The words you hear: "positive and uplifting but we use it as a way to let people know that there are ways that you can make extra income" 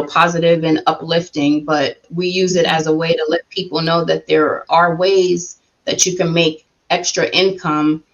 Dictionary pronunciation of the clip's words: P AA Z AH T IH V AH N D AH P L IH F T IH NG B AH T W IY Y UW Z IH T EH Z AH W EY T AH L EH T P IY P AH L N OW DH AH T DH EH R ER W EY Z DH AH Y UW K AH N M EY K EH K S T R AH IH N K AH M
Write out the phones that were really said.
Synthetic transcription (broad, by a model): P AA Z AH T IH V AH N AH P L IH F T IH NG B AH T W IY Y UW Z IH T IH Z AH W EY T AH L EH T P IY P L N OW DH AH T DH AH R ER W EY Z DH AH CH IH K AH N M EY K EH K S T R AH IH N K AH M